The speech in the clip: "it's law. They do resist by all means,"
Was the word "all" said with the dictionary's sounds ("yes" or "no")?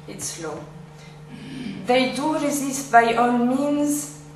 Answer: no